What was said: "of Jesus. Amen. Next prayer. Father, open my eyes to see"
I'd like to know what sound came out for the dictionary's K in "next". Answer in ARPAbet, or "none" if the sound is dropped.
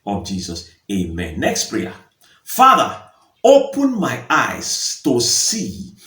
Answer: K